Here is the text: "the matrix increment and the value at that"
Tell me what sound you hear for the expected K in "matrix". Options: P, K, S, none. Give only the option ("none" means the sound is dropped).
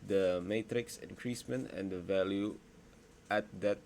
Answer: K